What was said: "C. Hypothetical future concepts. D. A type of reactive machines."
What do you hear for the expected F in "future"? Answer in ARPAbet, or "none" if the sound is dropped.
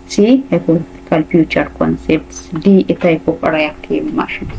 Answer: P